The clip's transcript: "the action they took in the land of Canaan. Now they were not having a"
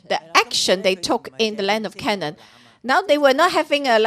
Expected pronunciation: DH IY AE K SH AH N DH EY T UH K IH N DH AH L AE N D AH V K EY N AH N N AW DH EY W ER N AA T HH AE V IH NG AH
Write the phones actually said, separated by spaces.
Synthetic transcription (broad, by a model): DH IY AE K SH AH N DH EY T UH K IH N DH AH L AE N D AH V K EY N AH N N AW DH EY W ER N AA T HH AE V IH NG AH